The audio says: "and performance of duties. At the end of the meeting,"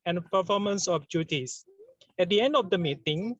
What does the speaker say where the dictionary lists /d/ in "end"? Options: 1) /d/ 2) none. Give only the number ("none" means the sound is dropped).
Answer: 1